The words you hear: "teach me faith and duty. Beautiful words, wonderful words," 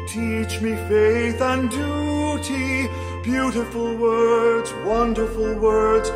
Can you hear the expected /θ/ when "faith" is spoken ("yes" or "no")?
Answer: yes